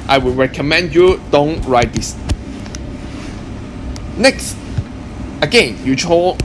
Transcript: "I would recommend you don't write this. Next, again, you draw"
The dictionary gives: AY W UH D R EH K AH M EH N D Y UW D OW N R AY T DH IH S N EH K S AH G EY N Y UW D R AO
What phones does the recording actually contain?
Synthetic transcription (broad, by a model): AY W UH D R EH K AH M EH N D Y UW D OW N R AY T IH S N EH K S AH G EY N Y UW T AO